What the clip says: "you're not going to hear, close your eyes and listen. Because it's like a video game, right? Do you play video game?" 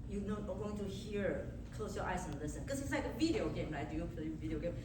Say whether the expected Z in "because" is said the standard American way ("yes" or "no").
no